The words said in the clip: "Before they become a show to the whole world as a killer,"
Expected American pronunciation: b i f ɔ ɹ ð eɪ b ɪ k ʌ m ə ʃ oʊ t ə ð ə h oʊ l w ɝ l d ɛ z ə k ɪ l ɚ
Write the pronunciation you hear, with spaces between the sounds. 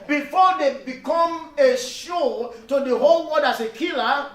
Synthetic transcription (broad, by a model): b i f ɔ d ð eɪ b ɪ k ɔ m ə ʃ oʊ t ə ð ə h oʊ l w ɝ d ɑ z ə k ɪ l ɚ